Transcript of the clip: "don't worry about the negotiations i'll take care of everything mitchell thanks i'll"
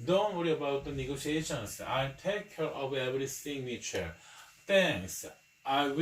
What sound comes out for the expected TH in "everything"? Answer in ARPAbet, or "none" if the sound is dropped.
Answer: S